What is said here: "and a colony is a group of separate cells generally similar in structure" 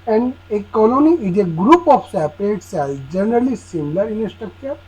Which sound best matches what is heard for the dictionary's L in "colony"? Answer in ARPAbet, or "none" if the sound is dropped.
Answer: L